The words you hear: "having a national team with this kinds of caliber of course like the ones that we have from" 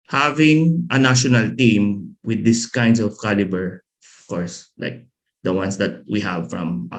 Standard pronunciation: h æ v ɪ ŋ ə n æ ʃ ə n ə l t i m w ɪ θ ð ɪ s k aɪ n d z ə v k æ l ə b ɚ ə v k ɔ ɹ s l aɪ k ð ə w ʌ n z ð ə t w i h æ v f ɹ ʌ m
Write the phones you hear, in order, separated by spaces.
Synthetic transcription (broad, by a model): h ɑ v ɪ ŋ ə n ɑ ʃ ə n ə l t i m w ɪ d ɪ s k aɪ n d s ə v k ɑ l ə b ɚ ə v k ɔ ɹ s l aɪ k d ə w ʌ n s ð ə t w i h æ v f ɹ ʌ m